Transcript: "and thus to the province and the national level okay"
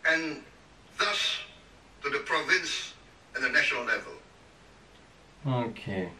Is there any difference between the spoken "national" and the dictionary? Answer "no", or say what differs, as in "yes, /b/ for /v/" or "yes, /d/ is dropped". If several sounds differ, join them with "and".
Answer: no